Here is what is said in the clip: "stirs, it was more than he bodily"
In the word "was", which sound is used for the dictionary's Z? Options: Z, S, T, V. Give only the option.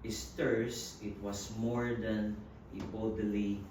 S